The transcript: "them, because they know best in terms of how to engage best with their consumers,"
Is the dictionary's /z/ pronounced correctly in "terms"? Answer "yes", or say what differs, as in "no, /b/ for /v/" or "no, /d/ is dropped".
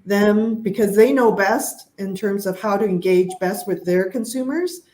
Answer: yes